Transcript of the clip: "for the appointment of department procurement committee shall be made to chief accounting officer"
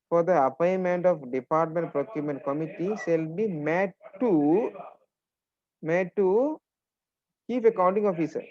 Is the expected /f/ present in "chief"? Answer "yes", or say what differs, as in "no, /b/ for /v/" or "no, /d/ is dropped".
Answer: no, /p/ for /f/